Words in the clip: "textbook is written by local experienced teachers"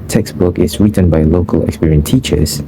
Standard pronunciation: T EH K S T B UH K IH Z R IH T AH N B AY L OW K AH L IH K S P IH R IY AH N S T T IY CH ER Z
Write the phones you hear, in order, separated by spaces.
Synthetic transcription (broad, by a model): T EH K S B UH K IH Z R IH T AH N B AY L OW K AH L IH K S P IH R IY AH N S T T IY CH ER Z